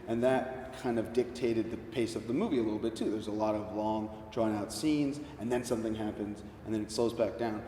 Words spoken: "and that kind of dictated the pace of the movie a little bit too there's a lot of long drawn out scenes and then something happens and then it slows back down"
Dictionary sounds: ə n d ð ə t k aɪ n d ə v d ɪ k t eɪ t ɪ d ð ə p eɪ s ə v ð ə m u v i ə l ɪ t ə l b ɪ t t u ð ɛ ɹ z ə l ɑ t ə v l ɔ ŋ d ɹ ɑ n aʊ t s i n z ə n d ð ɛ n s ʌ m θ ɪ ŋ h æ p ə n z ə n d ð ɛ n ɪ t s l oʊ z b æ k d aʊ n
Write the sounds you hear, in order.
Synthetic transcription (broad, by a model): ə n ð ə t k aɪ n d ə v d ɪ k t eɪ t ɪ d ð ə p eɪ s ə v ð ə m u v i ə l ɪ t l b ɪ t t u ð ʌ ɹ z ə l ɑ t ə v l ɔ ŋ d ɹ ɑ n aʊ t s i n z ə n ð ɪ n s ʌ m θ ɪ ŋ h æ p ə n z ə n ð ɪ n ɪ t s l oʊ z b æ k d aʊ n